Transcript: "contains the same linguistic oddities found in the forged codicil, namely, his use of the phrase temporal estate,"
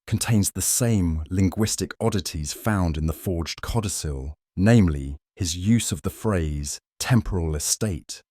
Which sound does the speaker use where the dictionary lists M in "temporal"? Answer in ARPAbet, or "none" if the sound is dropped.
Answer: M